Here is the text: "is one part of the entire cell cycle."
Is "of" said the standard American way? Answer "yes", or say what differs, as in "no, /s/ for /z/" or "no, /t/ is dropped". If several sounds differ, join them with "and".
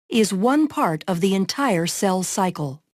yes